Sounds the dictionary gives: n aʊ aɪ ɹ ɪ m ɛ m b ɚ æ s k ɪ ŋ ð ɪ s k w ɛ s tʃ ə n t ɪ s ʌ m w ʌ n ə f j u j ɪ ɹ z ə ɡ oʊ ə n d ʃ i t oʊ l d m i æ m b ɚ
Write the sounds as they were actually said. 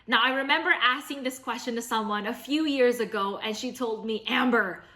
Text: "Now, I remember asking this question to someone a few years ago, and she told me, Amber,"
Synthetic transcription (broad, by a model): n aʊ aɪ ɹ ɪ m ɛ m b ɚ æ s k ɪ ŋ ð ɪ s k w ɛ s tʃ ə n t ɪ s ʌ m w ʌ n ə f j u j ɪ ɹ z ə ɡ oʊ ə n ʃ i t oʊ l d m i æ m b ɚ